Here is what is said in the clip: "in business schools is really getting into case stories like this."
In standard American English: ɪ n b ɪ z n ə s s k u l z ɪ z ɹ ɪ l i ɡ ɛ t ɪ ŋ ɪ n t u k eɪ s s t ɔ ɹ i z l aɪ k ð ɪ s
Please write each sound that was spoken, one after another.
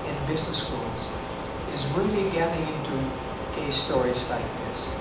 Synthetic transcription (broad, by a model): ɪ n b ɪ z n ə s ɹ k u l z ɪ z ɹ ɪ l i ɡ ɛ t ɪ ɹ ɪ n t u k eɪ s s t ɔ ɹ i z l aɪ k ð ɪ s